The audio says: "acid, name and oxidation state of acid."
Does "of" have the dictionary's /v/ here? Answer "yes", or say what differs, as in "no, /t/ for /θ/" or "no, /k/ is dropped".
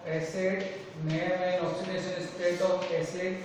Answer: no, /p/ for /v/